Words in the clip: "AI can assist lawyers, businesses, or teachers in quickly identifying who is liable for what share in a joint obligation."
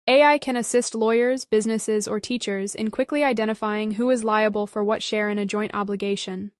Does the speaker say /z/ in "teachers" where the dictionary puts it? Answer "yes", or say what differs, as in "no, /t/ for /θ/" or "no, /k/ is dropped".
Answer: yes